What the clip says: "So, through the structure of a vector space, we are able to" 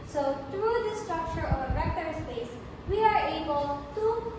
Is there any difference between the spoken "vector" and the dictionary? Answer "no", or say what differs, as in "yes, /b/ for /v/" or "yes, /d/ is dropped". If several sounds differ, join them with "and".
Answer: yes, /b/ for /v/